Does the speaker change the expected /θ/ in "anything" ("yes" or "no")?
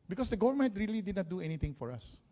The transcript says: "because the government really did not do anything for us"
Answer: yes